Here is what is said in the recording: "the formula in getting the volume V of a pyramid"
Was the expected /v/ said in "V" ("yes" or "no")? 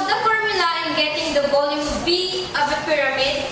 no